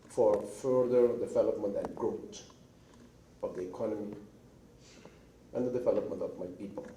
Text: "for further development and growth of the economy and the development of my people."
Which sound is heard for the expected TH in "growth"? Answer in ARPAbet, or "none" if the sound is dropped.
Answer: T